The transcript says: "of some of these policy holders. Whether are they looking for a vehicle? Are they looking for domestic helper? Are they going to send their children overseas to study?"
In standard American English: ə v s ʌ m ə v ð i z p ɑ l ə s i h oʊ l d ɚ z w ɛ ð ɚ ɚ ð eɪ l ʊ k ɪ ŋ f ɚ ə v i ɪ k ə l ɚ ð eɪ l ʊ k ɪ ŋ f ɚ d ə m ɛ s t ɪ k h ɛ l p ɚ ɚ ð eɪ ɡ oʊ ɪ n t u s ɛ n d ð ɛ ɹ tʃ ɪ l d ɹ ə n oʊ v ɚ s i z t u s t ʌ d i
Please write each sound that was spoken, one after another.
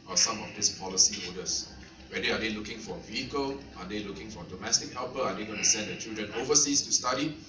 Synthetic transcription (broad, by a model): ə s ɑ m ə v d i s p ɑ l ə s i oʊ d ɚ s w ɛ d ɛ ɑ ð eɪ l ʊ k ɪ ŋ f ə v i ɪ k ə l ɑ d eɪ l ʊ k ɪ ŋ f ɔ d ə m ɛ s t ɪ k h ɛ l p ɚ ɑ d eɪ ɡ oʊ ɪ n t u s ɛ n d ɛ tʃ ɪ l d ɹ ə n oʊ v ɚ s i s t u s t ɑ d i